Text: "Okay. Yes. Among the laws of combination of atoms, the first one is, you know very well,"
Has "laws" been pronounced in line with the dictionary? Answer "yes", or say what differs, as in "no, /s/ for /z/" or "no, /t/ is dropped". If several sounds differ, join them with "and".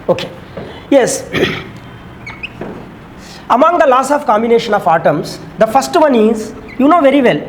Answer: no, /s/ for /z/